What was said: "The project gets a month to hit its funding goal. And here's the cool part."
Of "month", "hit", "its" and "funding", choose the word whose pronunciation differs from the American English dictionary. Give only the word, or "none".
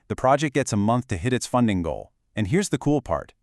none